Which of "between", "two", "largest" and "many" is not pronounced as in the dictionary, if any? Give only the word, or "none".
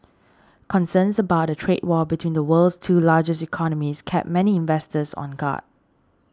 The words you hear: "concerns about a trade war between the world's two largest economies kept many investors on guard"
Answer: largest